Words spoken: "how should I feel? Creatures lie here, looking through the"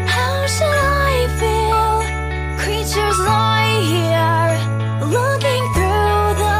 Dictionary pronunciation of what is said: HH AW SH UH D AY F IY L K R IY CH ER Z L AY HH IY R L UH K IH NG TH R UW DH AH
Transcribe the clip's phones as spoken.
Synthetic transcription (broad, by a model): HH AW SH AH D AY F IY L K R IY CH ER Z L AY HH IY L UH K IH NG TH R UW DH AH